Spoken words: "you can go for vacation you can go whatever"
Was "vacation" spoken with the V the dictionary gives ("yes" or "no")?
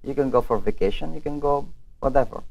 yes